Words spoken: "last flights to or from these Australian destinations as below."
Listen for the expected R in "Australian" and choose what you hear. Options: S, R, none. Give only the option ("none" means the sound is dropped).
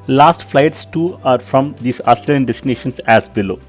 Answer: none